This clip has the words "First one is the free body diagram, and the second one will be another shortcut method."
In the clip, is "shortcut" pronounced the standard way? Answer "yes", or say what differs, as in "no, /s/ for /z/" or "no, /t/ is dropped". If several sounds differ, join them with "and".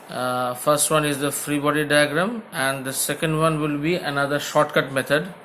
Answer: yes